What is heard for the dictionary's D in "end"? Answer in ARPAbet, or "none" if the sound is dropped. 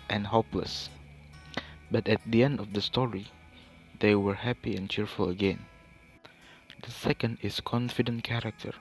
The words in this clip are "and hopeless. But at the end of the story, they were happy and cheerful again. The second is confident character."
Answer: D